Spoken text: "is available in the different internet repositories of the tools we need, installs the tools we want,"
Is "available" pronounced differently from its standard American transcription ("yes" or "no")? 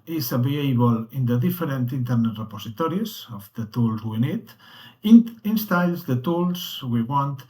yes